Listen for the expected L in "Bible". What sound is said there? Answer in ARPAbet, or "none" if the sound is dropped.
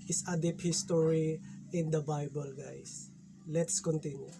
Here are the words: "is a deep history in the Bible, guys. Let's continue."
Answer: L